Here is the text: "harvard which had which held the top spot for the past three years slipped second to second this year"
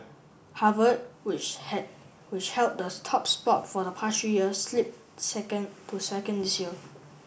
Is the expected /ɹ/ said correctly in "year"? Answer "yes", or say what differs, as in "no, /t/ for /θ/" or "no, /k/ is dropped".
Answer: no, /l/ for /ɹ/